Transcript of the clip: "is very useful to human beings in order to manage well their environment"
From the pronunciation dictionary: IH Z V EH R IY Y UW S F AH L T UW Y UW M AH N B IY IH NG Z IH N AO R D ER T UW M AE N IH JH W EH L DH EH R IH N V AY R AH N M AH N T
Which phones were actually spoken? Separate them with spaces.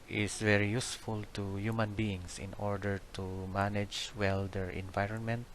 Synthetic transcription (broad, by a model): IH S V EH R IY Y UW S F AH L T UW Y UW M AH N B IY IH NG S IH N AO R D ER T UW M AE N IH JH W EH L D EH R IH N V AY R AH N M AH N T